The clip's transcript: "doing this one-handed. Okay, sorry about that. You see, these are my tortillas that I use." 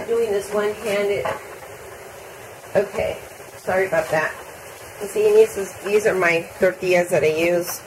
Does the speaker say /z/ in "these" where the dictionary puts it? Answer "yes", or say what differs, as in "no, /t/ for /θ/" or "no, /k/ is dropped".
yes